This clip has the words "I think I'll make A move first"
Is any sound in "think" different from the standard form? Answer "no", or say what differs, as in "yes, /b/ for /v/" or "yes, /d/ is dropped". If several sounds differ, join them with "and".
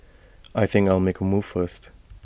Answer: no